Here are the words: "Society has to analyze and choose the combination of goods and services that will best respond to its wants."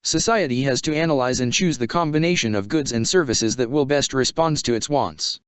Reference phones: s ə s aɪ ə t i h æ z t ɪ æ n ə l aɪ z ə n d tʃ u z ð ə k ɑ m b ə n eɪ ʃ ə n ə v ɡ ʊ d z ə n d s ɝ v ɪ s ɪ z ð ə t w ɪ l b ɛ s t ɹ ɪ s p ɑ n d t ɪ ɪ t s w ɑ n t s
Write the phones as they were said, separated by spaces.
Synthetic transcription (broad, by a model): s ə s aɪ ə t i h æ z t ɪ æ n ə l aɪ z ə n tʃ u z ð ə k ɑ m b ə n eɪ ʃ ə n ə v ɡ ʊ d z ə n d s ɝ v ɪ s ɪ z ð ə t w ɪ l b ɛ s t ɹ ɪ s p ɑ n d t ɪ ɪ t s w ɑ n t s